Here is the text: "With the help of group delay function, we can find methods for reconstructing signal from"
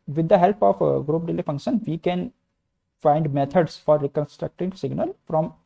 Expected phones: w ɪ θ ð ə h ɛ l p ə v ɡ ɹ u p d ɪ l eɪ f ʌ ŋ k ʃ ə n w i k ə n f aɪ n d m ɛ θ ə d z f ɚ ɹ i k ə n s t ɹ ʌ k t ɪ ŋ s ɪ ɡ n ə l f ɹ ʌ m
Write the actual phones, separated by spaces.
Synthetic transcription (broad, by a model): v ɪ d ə h ɛ l p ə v ɡ ɹ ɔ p d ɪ l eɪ f ʌ ŋ k ʃ ə n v i k ə n f aɪ n d m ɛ t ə d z f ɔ ɹ i k ə n s t ɹ ʌ k t ɪ ŋ s ɪ ɡ n ə l f ɹ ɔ m